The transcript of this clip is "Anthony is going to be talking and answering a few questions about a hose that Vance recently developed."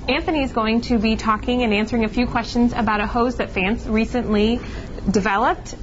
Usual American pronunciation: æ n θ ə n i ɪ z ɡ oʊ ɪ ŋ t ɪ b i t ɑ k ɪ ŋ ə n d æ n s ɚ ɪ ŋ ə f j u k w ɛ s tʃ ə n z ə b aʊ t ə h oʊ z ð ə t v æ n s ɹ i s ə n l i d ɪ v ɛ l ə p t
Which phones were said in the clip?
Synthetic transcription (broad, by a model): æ n θ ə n i ɪ z ɡ oʊ ɪ ŋ t ɪ b i t ɑ k ɪ ŋ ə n æ n s ɚ ɪ ŋ ə f j u k w ɛ s tʃ ə n z ə b aʊ t ə h oʊ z ð ə t f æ n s ɹ i s ə n l i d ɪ v ɛ l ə p t